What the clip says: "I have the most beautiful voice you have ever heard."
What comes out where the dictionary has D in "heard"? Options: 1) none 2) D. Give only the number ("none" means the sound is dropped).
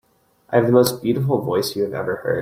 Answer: 1